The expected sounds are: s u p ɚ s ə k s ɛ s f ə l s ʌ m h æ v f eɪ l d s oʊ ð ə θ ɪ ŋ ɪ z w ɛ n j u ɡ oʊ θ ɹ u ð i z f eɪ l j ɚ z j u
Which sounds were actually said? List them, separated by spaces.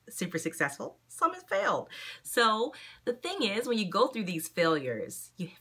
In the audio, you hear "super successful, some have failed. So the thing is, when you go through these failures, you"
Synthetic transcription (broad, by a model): s u p ɚ s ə k s ɛ s f l s ʌ m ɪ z f eɪ l d s oʊ ð ə θ ɪ ŋ ɪ z w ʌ n j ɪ ɡ oʊ θ ɹ u ð i z f eɪ l j ɚ z j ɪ